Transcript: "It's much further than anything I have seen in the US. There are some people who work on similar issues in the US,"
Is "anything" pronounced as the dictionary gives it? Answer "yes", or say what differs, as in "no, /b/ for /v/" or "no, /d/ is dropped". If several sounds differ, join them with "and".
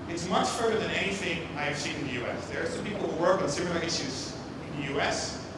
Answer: yes